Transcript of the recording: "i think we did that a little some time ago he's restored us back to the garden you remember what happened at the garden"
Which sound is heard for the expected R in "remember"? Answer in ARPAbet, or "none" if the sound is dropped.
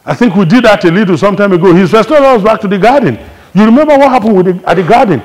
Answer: R